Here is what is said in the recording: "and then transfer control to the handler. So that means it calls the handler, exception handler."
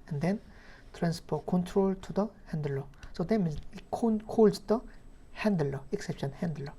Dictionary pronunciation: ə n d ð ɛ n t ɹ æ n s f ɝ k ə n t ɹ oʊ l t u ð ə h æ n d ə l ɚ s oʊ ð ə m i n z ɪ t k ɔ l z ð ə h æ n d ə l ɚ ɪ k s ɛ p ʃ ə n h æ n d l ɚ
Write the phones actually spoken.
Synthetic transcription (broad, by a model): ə n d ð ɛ n t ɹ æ n s p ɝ k ə n t ɹ oʊ l t u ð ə h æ n d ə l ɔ s oʊ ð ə m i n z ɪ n k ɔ l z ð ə h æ n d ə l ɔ ɪ k s ɛ p ʃ ə n h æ n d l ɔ